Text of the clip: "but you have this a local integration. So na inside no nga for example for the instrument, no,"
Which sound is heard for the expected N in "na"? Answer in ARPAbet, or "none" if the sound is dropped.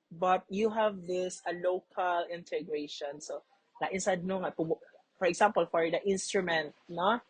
L